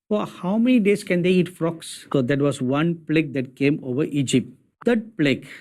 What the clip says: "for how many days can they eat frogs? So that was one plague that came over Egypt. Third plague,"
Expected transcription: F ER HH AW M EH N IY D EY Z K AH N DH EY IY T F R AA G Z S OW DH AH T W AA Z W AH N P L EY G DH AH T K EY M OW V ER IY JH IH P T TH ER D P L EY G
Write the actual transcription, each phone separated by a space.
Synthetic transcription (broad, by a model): F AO HH AW M EH N IY D EY S K AH N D EY IY T F R AA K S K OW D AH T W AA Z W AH N P L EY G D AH T K EY M OW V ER IY JH IH P T T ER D P L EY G